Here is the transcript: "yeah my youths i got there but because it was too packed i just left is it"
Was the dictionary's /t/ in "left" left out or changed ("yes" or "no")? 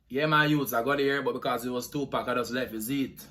yes